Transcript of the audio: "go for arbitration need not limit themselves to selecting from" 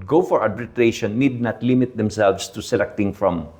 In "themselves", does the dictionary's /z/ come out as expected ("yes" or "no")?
no